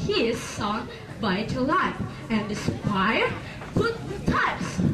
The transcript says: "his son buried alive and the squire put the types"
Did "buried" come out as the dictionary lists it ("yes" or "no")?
no